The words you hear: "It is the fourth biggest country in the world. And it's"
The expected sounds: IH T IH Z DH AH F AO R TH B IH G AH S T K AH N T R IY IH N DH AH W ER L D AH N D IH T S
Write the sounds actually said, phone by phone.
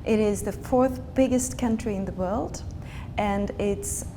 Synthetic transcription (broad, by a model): IH T IH Z DH AH F AO R TH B IH G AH S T K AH N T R IY IH N DH AH W ER L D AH N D IH T S